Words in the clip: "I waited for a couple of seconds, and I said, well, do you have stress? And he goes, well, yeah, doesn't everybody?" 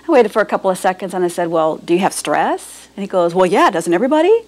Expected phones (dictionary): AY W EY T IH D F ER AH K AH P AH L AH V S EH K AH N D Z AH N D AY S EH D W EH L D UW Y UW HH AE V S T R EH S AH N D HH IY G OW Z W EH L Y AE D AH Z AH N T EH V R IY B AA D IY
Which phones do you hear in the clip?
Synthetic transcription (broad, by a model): AY W EY T IH D F ER AH K AH P L AH V S EH K AH N D Z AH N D AY S EH D W EH L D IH Y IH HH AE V S T R EH S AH N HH IY G OW Z W EH L Y AE D AH Z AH N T EH V R IY B AA D IY